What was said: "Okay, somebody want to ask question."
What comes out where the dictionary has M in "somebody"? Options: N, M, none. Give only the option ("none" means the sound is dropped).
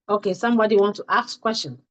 M